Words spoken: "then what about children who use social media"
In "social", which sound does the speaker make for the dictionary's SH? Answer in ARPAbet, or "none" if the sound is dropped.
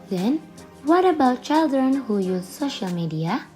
SH